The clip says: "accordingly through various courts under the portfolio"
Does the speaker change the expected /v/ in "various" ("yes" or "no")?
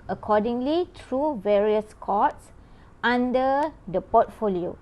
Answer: no